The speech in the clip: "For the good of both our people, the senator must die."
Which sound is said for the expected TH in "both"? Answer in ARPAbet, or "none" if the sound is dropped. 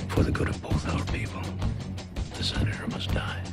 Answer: TH